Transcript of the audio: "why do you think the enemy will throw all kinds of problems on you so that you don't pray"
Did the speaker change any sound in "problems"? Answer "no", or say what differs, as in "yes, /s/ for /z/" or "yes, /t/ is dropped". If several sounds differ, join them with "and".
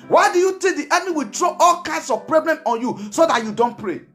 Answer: yes, /z/ is dropped